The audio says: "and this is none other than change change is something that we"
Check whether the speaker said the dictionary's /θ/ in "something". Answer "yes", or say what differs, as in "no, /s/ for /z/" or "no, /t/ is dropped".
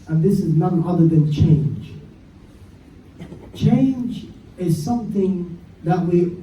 yes